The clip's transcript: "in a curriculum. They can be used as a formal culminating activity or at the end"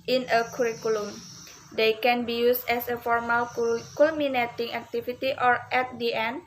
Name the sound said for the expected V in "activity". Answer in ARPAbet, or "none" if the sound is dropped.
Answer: F